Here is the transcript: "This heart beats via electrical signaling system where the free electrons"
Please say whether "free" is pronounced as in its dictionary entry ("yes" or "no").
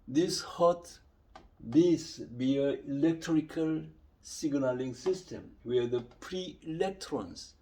no